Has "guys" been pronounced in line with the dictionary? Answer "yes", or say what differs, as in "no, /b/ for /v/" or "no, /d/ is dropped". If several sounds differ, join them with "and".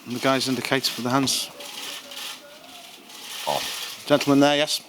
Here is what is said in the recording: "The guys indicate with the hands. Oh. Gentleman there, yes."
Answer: yes